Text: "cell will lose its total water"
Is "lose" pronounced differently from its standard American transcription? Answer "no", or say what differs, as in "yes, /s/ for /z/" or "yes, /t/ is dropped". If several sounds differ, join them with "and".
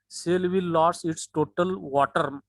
yes, /s/ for /z/